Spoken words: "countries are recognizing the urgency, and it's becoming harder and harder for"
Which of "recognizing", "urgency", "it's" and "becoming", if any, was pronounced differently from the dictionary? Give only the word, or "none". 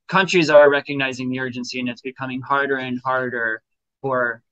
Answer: none